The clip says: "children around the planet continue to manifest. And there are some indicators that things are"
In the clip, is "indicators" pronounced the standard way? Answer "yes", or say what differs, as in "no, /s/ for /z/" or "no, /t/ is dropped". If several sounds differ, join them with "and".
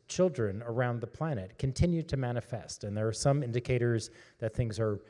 yes